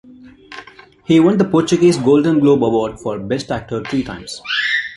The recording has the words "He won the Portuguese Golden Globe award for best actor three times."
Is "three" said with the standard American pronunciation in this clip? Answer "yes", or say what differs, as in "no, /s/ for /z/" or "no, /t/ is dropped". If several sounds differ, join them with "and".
no, /t/ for /θ/